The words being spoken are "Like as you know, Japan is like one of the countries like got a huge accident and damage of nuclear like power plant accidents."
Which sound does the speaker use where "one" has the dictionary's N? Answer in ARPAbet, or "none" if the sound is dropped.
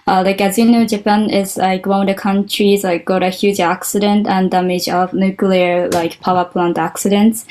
none